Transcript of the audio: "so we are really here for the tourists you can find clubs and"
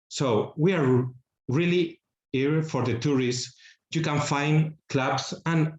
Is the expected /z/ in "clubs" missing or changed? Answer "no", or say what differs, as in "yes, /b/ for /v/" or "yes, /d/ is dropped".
yes, /s/ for /z/